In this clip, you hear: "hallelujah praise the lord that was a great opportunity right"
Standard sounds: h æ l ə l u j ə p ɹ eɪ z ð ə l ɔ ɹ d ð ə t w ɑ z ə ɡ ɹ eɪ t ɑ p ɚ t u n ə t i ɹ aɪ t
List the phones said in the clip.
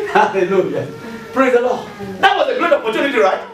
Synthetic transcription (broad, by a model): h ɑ l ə l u j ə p ɹ eɪ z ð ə l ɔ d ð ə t w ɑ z ə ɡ ʊ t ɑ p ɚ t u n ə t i ɹ aɪ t